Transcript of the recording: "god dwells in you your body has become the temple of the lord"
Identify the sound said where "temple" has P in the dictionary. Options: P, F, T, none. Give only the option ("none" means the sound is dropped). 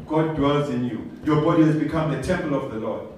P